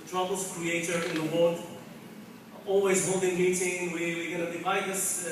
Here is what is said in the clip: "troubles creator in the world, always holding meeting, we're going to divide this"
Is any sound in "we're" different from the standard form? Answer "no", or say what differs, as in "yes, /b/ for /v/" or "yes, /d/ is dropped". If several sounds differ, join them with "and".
yes, /w/ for /ɹ/